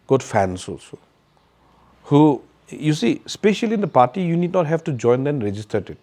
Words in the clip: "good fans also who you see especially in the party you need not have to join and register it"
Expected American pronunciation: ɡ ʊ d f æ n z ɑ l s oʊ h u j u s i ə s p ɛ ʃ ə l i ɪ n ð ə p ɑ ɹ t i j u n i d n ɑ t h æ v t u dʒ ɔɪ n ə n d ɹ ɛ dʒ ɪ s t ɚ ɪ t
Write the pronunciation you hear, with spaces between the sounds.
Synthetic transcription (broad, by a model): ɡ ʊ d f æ n s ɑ s h u j u s i s p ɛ ʃ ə l i ɪ n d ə p ɑ ɹ t i j u n i d n ɑ t h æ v t u dʒ ɔɪ n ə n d ɹ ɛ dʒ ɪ s t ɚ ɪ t